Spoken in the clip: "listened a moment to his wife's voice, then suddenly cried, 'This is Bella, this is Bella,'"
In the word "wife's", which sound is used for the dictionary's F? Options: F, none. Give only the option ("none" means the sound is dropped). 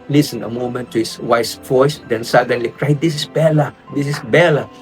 none